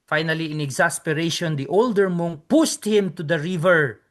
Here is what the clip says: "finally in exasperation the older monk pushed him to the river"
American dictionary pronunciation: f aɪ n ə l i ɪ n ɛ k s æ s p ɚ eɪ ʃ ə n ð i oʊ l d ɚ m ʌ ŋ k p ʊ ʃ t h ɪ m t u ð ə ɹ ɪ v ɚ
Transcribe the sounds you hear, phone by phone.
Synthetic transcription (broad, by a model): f aɪ n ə l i ɪ n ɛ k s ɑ s p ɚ eɪ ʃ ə n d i oʊ l d ɚ m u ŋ p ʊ s t h ɪ m t u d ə ɹ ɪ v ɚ